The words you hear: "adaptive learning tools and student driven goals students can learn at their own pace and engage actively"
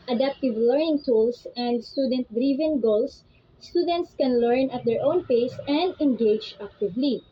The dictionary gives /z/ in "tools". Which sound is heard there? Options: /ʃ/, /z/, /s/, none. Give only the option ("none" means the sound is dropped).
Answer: /s/